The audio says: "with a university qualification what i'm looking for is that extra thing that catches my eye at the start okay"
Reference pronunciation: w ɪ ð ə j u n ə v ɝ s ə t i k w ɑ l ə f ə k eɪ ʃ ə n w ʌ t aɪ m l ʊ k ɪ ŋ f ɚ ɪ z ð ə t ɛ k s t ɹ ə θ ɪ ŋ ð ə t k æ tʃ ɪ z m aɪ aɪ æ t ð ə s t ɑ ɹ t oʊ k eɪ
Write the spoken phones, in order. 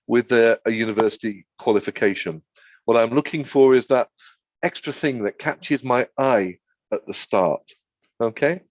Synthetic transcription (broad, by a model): w ɪ ð ə j u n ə v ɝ s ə t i k w ɑ l ə f ə k eɪ ʃ ə n w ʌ t aɪ m l ʊ k ɪ ŋ f ɚ ɪ z ð ə t ɛ k s t ɹ ə θ ɪ ŋ ð ə t k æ tʃ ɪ z m aɪ aɪ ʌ t ð ə s t ɑ ɹ t oʊ k eɪ